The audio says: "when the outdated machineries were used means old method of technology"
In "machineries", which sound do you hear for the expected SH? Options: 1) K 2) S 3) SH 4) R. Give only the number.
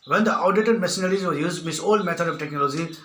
2